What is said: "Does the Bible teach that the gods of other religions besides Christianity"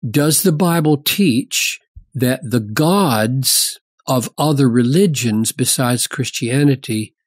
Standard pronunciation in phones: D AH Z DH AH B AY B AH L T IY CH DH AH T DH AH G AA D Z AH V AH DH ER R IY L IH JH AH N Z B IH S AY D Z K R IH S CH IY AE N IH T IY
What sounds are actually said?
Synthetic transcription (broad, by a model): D AH Z DH AH B AY B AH L T IY CH DH AH T DH AH G AA D Z AH V AH DH ER R IY L IH JH AH N Z B IH S AY D Z K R IH S CH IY AE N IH T IY